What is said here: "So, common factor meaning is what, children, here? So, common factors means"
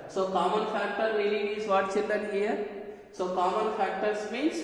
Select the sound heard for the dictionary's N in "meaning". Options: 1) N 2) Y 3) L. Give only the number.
3